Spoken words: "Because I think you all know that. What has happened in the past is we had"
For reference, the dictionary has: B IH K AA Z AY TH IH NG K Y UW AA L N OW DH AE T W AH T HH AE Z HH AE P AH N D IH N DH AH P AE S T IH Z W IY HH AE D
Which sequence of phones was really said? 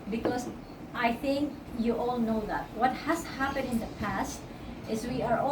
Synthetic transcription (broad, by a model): B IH K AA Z AY TH IH NG K Y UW AA L N OW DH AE T W AH T HH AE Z HH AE P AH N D IH N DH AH P AE S T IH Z W IY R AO